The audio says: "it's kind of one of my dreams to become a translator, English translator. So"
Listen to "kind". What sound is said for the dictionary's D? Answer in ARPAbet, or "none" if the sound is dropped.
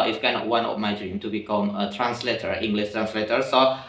none